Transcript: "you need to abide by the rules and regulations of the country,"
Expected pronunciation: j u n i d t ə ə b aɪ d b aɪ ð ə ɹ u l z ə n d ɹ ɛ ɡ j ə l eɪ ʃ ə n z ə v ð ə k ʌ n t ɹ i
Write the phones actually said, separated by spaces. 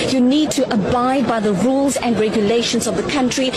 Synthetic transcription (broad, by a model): j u n i d t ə ə b aɪ d b aɪ ð ə ɹ u l z ə n d ɹ ɛ ɡ j ə l eɪ ʃ ə n z ə v ð ə k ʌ n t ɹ i